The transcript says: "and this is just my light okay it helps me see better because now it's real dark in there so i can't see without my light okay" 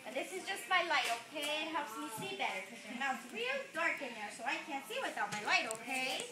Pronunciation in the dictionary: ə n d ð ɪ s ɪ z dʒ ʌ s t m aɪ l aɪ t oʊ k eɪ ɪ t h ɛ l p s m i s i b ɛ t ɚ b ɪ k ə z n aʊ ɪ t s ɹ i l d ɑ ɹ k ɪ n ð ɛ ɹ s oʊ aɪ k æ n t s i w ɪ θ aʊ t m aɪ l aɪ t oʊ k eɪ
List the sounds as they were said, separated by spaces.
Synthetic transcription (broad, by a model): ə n ð ɪ s ɪ z dʒ ʌ s t m aɪ l aɪ t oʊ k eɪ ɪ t h ɛ l p s m i s i b ɛ t ɚ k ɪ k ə n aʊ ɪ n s ɹ i l d ɑ ɹ k ɪ n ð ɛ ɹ s oʊ aɪ k æ n t s i w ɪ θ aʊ t m aɪ l aɪ t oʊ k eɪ